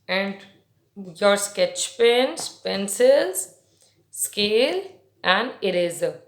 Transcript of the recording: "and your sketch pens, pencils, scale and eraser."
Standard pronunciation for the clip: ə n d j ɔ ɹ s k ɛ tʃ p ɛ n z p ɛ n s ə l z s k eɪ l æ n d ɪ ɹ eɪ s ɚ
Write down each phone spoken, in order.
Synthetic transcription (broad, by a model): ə n d j ɔ ɹ s k ɛ tʃ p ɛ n s p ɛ n s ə l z s k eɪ l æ n d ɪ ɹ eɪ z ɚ